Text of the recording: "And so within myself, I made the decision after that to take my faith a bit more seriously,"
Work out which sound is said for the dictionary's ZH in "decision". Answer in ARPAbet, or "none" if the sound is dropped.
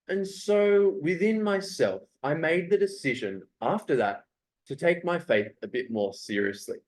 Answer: ZH